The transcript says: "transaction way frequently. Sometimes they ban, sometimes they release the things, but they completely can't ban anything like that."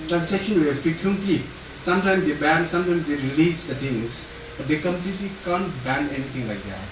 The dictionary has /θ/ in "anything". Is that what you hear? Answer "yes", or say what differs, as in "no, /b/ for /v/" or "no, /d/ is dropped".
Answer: no, /t/ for /θ/